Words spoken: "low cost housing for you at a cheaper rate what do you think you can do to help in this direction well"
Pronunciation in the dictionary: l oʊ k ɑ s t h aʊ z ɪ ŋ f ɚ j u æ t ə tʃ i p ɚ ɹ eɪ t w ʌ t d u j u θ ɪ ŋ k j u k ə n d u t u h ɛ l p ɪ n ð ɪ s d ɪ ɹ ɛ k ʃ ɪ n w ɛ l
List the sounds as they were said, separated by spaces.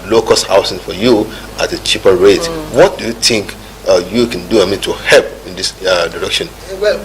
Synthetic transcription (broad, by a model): l oʊ k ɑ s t h aʊ s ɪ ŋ f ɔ j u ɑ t ə tʃ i p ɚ ɹ eɪ t w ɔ t d u j u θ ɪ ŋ k j u k ə n d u t u h ɛ l p ɪ n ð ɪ s d ɪ ɹ ɛ k ʃ ɪ n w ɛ